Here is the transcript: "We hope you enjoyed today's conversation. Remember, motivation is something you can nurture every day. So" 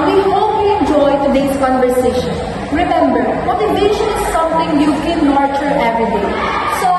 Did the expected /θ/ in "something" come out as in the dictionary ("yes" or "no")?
no